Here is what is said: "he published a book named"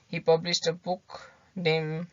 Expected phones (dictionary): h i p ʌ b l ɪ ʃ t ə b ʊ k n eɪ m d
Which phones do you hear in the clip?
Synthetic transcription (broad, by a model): h i p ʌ b l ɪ s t ə b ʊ k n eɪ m